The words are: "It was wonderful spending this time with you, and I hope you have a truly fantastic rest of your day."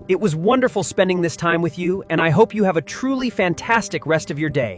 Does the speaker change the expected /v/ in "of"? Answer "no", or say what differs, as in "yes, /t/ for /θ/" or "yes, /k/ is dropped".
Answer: no